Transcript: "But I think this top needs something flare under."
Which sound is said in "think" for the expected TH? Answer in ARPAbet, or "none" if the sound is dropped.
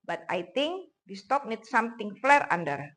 T